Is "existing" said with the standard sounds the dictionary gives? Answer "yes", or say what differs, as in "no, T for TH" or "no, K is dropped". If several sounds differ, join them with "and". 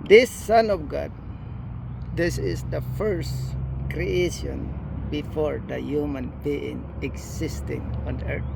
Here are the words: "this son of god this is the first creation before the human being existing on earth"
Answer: no, S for Z